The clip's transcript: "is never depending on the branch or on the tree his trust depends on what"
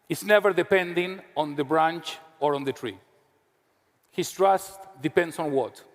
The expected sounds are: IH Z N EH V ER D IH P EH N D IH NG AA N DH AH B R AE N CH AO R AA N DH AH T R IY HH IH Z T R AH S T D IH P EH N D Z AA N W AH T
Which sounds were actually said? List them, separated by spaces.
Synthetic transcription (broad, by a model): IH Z N EH V ER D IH P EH N D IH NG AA N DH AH B R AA N CH AO R AA N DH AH T R IY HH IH S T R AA S T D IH P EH N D S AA N W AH T